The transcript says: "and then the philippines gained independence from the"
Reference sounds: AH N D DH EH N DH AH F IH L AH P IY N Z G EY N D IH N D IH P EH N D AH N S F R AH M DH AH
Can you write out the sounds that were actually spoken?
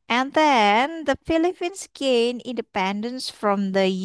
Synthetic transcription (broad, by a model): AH N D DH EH N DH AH F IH L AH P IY N S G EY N IH N D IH P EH N D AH N S F R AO M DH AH